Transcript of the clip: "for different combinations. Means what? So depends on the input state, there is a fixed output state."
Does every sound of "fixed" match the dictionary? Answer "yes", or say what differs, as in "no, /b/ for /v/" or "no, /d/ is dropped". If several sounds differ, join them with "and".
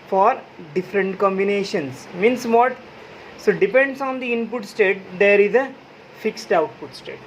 yes